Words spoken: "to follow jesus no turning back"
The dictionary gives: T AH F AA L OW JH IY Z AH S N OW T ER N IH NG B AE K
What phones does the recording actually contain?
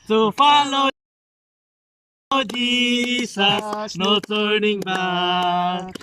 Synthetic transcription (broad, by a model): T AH F AA L OW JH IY S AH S N OW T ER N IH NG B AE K